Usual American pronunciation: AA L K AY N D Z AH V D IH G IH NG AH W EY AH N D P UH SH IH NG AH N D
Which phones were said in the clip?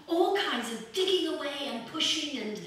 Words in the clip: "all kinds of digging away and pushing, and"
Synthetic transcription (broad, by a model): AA L K AY N D Z AH V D IH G IH NG AH W EY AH N P UH SH IH NG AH N